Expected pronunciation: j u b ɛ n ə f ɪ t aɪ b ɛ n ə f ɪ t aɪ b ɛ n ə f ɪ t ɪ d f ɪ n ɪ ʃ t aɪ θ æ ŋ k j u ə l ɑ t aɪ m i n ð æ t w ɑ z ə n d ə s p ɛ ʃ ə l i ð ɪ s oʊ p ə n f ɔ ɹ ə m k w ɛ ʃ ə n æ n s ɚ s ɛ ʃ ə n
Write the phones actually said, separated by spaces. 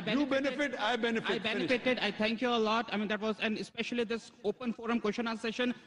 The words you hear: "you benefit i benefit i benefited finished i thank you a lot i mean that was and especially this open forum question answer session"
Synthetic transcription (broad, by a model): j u b ɛ n ə f ɪ t aɪ b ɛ n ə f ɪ ɪ b ɛ n ə f ɪ t ɪ d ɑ ɪ t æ ŋ k j u ə l ɑ t aɪ m i n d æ t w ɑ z ə n d ə s p ɛ ʃ ə l i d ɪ s oʊ p ə n f ɔ ɹ ə m k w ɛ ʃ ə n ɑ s s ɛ ʃ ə n